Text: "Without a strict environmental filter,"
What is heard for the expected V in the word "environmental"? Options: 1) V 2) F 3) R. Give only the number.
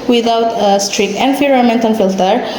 2